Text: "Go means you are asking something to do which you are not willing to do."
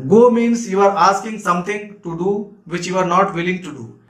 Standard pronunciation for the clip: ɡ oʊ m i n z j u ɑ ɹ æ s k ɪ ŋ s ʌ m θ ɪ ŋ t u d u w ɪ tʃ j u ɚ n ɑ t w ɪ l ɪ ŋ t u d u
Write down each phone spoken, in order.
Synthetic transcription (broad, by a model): ɡ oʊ m i n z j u ɑ ɹ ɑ s k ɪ ŋ s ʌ m t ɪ ŋ t u d u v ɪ tʃ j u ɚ n ɑ t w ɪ l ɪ ŋ t u d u